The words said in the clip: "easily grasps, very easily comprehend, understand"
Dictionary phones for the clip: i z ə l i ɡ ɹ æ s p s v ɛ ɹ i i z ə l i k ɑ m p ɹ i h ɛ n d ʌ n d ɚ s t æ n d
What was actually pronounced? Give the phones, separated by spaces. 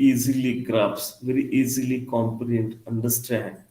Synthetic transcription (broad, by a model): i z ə l i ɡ ɹ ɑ p s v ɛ ɹ i i z ə l i k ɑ m p i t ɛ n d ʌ n d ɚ s t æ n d